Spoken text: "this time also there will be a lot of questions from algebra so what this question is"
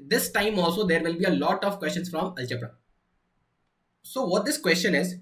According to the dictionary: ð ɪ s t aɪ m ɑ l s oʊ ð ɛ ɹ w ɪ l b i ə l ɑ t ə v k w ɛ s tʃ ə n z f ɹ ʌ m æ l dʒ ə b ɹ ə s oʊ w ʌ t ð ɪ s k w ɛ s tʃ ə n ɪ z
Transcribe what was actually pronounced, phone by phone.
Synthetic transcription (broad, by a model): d ɪ s t aɪ m ɑ l s oʊ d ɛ ɹ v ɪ l b i ə l ɑ t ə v k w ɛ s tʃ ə n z f ɹ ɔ m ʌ l tʃ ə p ɹ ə s oʊ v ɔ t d ɪ s k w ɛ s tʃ ə n ɪ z